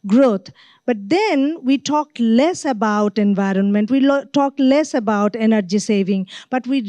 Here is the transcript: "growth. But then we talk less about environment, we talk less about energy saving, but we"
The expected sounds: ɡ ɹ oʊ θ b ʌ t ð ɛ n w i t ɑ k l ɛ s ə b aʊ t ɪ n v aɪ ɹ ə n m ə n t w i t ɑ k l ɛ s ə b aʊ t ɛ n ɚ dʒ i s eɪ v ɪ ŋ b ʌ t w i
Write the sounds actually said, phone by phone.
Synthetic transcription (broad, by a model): ɡ ɹ oʊ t b ʌ t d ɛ n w i t ɑ k l ɛ s ə b aʊ t ɪ n v aɪ ɹ ə n m ə n t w i t ɑ k l ɛ s ə b aʊ t ɛ n ɚ dʒ i s eɪ v ɪ ŋ b ʌ t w i